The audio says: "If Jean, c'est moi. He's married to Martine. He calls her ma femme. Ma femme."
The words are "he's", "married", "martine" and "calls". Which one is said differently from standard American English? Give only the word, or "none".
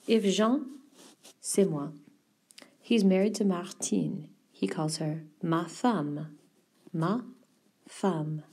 none